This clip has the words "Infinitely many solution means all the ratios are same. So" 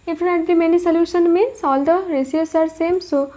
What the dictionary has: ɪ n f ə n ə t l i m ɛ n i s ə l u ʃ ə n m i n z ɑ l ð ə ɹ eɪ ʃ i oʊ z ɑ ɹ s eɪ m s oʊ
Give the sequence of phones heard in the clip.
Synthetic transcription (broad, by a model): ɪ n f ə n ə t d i m ɛ n i s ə l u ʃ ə n m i n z ɑ l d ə ɹ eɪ s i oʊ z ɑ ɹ s eɪ m s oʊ